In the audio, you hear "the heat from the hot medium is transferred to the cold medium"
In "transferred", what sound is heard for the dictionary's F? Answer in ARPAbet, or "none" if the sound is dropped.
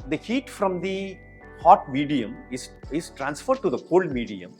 F